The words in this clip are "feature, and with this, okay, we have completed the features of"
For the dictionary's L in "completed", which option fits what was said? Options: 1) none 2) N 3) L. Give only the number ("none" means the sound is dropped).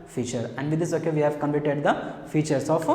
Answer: 1